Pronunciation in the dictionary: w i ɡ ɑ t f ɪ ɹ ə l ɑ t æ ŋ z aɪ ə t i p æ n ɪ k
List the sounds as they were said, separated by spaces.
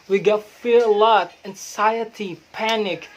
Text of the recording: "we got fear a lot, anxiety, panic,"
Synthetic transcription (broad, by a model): w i ɡ ɑ t f ɪ ɹ l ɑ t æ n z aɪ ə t i p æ n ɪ k